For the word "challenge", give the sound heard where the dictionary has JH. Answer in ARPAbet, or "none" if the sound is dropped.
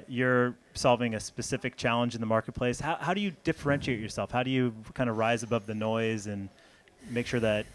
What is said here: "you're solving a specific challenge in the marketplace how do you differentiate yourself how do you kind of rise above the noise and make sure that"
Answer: JH